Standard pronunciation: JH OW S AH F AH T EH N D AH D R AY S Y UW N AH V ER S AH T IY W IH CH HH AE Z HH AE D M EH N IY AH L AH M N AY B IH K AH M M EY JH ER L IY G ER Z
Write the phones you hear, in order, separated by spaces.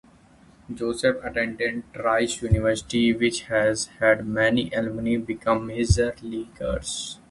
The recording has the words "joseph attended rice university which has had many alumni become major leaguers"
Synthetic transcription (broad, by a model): JH OW S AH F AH T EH N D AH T R AY S Y UW N AH V ER S AH T IY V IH CH HH AE Z HH AE D M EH N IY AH L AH N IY B IH K AH M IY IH Z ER L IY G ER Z